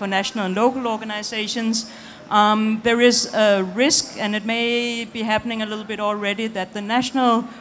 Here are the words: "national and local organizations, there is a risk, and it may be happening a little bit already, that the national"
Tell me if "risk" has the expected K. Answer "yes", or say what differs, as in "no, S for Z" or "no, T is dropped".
yes